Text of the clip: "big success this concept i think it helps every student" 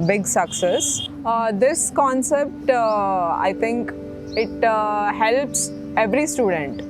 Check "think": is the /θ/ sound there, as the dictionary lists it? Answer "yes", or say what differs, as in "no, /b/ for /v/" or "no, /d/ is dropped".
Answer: no, /t/ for /θ/